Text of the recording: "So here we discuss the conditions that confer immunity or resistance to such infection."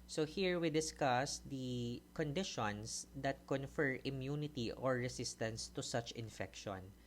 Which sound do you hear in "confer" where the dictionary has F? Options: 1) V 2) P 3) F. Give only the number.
3